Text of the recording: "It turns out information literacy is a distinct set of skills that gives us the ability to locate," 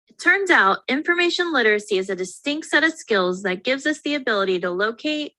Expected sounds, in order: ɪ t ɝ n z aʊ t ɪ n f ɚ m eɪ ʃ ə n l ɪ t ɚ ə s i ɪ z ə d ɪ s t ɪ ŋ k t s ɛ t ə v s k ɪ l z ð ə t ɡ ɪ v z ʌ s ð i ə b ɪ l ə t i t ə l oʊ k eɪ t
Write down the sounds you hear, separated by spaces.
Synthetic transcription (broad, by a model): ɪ t ɝ n z aʊ t ɪ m f ɚ m eɪ ʃ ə n l ɪ t ɚ ə s i ɪ z ə d ɪ s t ɪ ŋ k t s ɛ t ə v s k ɪ l z ð ə t ɡ ɪ v z ʌ s ð i ə b ɪ l ə t i t ə l oʊ k eɪ t